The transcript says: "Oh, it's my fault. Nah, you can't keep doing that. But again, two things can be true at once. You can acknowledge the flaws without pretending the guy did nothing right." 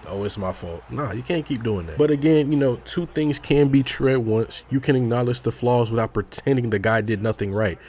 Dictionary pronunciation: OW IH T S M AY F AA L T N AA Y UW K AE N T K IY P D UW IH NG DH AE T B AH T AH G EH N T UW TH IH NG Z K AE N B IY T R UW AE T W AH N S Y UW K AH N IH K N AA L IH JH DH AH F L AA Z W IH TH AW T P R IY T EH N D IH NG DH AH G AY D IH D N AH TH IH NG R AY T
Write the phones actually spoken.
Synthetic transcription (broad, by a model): OW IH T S M AY F AA L T N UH Y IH K AE N K IY P D UW IH NG DH AE T B AH T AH G EH N T UW TH IH NG Z K AE N B IY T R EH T W AH N S Y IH K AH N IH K N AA L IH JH DH AH F L AA Z W IH TH AW T P R IY T EH N D IH NG DH AH G AY D IH D N AH TH IH NG R AY T